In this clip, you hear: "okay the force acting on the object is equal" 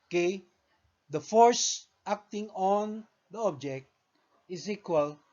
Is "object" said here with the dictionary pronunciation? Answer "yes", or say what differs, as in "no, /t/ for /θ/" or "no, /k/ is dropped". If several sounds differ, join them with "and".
yes